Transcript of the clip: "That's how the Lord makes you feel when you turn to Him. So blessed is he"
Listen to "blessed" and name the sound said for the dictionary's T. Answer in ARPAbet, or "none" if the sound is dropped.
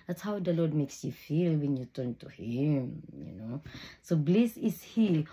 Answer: none